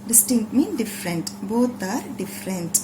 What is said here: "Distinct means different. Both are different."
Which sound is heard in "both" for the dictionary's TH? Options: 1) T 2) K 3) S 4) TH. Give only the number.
1